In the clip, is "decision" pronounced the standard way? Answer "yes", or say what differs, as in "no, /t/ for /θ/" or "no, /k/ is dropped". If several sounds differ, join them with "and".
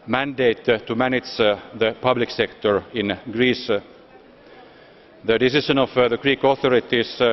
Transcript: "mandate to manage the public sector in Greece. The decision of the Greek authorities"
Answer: no, /ʃ/ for /ʒ/